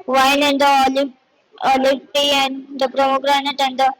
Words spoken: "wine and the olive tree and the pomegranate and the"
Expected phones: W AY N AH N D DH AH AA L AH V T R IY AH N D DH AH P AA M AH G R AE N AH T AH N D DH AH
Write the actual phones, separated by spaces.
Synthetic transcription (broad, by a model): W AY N AH N D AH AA L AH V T IY AH N D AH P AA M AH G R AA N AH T AH N D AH